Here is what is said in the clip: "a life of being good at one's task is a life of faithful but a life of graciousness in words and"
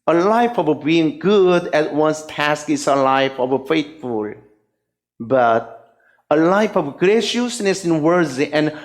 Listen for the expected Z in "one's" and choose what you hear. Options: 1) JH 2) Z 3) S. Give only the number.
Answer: 3